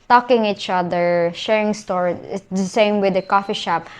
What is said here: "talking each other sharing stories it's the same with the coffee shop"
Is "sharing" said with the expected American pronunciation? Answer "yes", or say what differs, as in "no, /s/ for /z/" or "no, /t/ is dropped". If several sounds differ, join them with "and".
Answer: yes